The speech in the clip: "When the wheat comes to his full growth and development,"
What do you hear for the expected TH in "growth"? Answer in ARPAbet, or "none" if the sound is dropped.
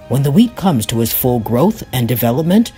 TH